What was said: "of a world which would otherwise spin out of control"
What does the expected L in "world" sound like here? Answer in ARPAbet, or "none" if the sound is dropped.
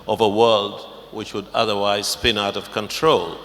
L